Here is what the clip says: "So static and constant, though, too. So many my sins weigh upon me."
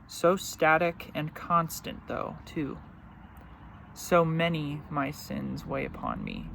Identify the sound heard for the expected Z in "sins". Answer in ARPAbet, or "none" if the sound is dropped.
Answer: Z